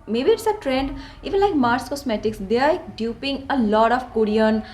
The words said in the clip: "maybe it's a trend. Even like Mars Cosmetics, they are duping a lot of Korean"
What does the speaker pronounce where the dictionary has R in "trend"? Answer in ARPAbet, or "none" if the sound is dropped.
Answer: R